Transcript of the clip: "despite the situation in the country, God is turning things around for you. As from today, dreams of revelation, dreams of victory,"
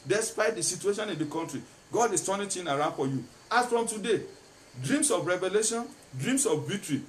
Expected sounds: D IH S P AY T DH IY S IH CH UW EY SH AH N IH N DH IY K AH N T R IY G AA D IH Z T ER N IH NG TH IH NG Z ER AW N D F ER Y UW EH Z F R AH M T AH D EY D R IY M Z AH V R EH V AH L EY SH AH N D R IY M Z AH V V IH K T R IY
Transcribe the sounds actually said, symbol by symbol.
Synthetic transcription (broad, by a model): D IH S P AY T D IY S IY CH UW EY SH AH N IH N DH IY K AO N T R IY G AA D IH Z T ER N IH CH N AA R AW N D F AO Y UW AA S F R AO M T AH D EY D R IY M S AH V R EH V AH L EY SH AH N D R IY M S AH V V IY K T R IY